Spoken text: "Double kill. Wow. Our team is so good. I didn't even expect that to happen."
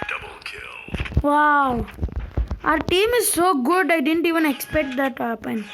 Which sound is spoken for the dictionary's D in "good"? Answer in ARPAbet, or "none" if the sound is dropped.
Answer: D